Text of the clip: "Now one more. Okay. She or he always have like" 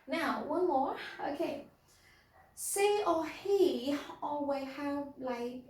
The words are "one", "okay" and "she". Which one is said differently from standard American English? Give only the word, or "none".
she